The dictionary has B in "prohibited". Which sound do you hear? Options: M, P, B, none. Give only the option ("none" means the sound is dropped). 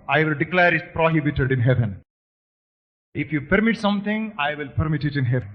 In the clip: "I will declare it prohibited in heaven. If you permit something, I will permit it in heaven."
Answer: B